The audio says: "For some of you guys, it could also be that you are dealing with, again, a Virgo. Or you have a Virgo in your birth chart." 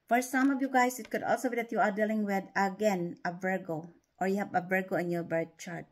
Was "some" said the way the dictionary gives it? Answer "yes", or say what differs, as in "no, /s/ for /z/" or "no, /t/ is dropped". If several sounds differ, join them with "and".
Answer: yes